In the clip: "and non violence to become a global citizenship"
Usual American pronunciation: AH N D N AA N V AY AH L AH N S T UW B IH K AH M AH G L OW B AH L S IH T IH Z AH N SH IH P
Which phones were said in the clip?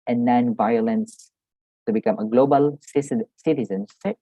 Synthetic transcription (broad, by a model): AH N N AA N V AY AH L AH N S T UW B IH K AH M AH G L OW B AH L S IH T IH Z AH N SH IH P